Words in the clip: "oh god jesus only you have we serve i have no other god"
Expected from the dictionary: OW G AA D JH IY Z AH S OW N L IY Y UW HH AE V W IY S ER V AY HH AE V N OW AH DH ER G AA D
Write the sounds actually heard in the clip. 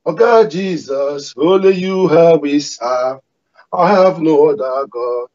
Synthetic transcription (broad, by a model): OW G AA JH IY Z AH S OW L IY Y UW HH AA W IY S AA AY HH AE V N OW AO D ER G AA